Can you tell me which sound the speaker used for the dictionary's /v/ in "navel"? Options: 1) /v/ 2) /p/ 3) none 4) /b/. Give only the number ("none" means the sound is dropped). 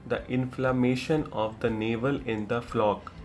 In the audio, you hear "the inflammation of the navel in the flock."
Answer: 1